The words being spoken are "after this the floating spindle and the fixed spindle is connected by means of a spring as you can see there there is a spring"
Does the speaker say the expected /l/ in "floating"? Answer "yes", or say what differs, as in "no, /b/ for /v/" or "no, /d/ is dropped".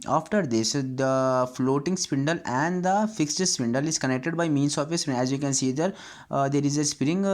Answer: yes